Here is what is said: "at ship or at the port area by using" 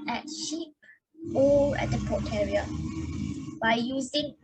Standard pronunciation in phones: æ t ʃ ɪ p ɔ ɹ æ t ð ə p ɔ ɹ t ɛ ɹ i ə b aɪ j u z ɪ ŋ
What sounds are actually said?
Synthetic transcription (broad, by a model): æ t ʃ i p ɔ l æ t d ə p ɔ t ɛ ɹ i ə b aɪ j u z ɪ ŋ